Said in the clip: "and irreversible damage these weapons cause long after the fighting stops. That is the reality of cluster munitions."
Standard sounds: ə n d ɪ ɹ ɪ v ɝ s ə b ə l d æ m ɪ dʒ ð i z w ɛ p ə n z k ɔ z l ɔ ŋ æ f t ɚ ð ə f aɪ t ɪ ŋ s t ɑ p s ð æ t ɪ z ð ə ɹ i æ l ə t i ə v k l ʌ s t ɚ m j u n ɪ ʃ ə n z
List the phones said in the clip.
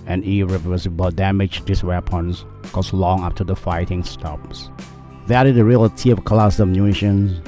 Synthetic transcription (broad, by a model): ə n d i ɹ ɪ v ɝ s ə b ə d æ m ɪ dʒ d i s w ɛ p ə n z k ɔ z l ɔ ŋ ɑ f t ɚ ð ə f aɪ t ɪ ŋ s t ɑ p s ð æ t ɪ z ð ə ɹ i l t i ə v k l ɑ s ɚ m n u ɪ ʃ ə n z